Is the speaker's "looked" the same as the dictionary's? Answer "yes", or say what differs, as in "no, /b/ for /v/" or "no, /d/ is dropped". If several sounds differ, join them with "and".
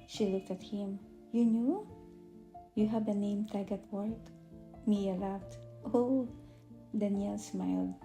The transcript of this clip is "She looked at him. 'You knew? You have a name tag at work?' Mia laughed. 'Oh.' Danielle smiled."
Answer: yes